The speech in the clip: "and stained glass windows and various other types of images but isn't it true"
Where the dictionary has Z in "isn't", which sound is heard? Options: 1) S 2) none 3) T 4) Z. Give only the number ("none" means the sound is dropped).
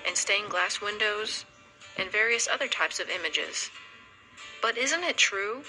4